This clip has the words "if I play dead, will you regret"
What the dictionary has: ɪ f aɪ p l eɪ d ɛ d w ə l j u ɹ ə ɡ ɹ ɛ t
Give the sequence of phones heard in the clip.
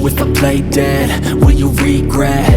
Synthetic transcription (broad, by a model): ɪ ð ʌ p l eɪ d ɛ d w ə n j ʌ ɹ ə ɡ ɹ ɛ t